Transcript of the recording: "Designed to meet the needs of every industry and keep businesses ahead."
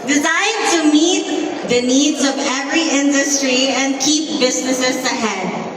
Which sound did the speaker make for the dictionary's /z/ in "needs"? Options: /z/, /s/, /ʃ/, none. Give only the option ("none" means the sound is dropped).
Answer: /z/